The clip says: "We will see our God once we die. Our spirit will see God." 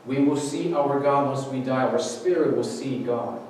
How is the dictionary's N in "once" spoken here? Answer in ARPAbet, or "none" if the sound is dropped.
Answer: none